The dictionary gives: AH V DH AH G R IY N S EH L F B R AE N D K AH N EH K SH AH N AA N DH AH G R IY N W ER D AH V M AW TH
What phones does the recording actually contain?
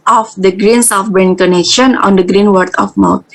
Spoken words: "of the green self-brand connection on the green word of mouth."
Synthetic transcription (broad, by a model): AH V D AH G R IY N S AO F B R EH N K AH N EH K SH AH N AA N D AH G R IY N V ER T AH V M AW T